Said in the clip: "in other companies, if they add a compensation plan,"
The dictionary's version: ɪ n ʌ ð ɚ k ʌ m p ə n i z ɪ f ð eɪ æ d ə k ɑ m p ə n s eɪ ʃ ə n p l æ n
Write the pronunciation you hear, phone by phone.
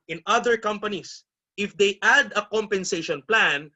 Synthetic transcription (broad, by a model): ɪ n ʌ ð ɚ k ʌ m p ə n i s ɪ f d eɪ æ d ə k ɑ m p ə n s eɪ ʃ ə n p l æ n